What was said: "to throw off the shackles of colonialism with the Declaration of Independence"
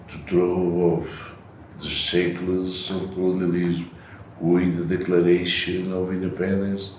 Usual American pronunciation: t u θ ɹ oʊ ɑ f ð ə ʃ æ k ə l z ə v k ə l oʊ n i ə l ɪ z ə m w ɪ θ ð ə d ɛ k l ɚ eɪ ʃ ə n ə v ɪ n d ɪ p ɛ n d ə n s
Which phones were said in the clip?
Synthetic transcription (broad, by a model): t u t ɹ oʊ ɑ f ð ə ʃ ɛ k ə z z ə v k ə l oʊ n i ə l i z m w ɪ ð ə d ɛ k l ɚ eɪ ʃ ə n ə v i n d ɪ p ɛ n d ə n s